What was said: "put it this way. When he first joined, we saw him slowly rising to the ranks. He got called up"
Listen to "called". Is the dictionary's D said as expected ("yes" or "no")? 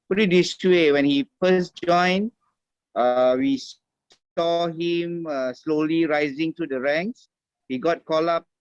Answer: no